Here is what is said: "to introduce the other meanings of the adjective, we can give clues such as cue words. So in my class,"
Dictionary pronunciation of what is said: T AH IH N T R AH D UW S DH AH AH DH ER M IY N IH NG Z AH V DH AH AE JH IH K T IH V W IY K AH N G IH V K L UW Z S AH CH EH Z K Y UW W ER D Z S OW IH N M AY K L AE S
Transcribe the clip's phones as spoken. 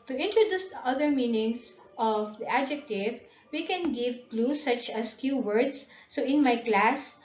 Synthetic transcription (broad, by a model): T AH IH N T R AH D UW S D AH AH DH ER M IY N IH NG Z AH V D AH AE JH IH K T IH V W IY K AH N G IH V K L UW S AH CH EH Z K Y UW W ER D S OW IH N M AY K L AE S